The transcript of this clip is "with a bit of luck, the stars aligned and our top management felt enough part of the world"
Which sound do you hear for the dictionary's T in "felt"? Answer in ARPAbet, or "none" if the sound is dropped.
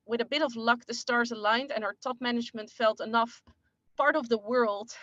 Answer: T